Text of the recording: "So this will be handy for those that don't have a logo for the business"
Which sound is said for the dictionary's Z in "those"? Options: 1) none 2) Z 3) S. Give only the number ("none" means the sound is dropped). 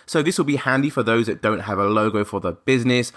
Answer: 2